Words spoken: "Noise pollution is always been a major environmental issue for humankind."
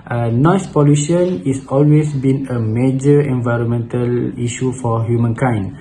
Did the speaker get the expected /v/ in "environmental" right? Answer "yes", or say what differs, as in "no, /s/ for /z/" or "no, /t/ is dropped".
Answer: yes